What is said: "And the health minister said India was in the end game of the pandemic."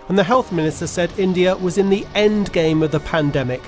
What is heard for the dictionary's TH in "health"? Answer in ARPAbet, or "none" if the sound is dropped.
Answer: TH